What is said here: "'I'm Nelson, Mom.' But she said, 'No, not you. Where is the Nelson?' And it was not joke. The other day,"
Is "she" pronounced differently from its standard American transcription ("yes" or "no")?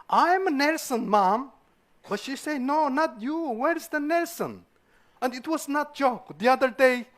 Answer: no